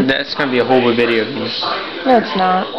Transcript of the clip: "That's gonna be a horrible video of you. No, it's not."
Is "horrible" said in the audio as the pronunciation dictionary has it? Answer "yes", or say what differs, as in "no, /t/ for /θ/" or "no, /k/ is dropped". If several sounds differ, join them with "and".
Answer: no, /ɹ/ is dropped